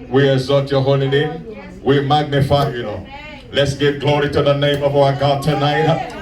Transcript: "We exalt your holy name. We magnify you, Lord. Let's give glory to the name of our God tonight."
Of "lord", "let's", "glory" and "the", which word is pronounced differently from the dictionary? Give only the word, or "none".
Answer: lord